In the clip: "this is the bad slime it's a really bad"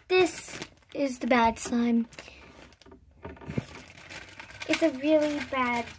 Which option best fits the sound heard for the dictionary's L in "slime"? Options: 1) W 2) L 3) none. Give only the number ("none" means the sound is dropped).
3